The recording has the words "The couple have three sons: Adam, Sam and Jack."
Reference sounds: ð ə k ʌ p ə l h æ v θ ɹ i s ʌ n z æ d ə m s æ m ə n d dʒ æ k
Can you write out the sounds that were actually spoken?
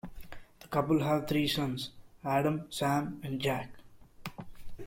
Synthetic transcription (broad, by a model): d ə k ʌ p ə l h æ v t ɹ i s ʌ n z æ d ə m s æ m ə n d dʒ æ k